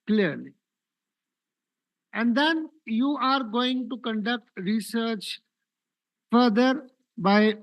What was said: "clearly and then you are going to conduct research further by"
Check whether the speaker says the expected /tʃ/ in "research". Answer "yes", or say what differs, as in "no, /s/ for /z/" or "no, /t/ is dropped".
yes